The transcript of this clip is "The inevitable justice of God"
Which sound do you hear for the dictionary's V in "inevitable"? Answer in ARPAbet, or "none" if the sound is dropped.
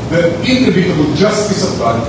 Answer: B